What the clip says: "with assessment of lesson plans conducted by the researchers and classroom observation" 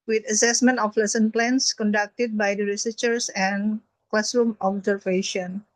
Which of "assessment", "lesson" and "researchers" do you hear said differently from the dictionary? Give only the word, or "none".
researchers